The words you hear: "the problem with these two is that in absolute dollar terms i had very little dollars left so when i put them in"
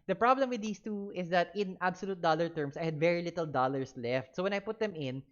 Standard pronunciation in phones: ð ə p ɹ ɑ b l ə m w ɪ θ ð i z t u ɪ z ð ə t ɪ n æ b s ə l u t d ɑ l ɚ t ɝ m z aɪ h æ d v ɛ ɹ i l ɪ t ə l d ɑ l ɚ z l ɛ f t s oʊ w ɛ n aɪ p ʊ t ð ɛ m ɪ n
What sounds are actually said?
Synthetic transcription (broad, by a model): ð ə p ɹ ɑ b l ə m w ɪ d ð i s t u ɪ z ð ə t ɪ n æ b s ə l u t d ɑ l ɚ t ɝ m s aɪ h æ d v ɛ ɹ i l ɪ t ə l d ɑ l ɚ s l ɛ f t s oʊ w ɛ n aɪ p ʊ t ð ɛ m ɪ n